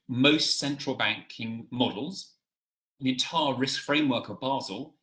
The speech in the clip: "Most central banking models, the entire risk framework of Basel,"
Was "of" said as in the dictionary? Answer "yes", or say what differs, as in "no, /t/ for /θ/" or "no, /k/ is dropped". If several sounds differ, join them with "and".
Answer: yes